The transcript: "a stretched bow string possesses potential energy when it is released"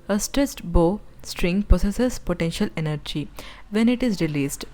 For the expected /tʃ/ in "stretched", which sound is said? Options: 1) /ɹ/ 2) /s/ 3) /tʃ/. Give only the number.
2